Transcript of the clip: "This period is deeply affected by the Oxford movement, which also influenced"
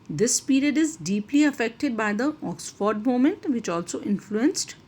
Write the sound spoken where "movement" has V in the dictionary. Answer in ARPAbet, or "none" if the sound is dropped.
none